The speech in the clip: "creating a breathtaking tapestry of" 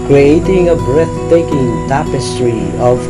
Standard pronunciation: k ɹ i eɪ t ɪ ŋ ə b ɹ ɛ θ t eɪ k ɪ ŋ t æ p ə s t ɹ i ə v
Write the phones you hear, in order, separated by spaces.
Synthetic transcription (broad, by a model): k ɹ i eɪ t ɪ ŋ ə b ɹ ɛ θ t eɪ k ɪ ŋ t æ p ə s t ɹ i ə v